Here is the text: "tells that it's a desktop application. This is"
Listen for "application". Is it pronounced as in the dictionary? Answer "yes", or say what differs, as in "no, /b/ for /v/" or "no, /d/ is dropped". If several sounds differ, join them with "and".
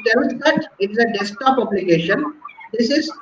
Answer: no, /b/ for /p/